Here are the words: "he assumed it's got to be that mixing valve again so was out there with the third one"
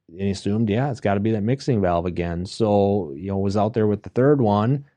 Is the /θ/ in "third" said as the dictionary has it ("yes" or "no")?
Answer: yes